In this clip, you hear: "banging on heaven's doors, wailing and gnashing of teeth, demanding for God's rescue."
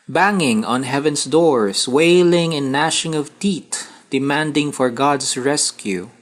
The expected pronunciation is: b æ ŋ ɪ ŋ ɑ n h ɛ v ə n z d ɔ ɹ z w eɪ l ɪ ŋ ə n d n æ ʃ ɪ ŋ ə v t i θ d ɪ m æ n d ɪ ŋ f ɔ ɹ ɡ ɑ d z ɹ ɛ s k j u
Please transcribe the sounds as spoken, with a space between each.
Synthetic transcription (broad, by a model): b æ ŋ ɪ ŋ ɑ n h ɛ v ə n s d ɔ ɹ s w eɪ l ɪ ŋ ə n n æ ʃ ɪ ŋ ə v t i t d ɪ m æ n d ɪ ŋ f ɔ ɹ ɡ ɑ d s ɹ ɛ s k j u